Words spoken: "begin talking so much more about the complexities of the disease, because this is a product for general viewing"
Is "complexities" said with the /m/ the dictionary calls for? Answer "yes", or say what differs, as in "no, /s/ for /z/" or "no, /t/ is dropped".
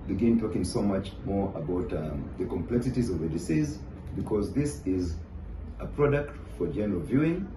yes